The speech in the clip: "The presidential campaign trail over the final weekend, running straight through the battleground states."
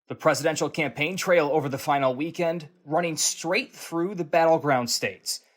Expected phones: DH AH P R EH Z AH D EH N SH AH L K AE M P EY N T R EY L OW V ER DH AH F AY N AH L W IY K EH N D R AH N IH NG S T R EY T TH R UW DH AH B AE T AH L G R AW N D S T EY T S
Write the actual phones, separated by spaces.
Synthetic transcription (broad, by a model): DH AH P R EH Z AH D EH N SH L K AE M P EY N T R EY L OW V ER DH AH F AY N L W IY K EH N D R AH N IH NG S T R EY T TH R UW DH AH B AE T L G R AW N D S T EY T S